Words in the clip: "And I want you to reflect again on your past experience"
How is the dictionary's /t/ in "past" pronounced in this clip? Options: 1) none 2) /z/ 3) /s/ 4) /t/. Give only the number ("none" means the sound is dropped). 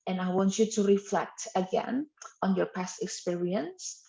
4